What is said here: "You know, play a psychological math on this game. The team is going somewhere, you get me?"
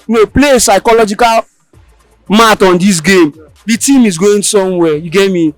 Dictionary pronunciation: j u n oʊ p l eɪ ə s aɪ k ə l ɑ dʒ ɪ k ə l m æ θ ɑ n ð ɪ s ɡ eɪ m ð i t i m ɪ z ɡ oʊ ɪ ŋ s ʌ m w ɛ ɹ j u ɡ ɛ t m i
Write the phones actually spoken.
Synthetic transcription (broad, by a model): n oʊ p l eɪ ə s aɪ k ə l ɑ dʒ ɪ k ə l m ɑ t ɑ n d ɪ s ɡ eɪ m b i t i m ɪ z ɡ oʊ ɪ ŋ s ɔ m w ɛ j u ɡ ɛ t m i